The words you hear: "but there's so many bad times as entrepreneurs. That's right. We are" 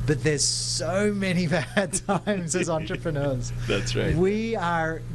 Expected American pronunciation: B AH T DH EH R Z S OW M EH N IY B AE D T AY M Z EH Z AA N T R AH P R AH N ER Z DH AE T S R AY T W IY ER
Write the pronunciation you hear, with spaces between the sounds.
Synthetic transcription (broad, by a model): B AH T DH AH R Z S OW M EH N IY B AE D T AY M Z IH Z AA N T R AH P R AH N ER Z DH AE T S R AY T W IY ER